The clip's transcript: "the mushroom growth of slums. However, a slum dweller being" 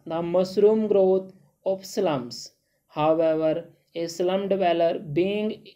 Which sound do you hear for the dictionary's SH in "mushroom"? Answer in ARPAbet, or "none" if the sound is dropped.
S